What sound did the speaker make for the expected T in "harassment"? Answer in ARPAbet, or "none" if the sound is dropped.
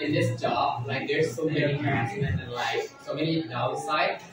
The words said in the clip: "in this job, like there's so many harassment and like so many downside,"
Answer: none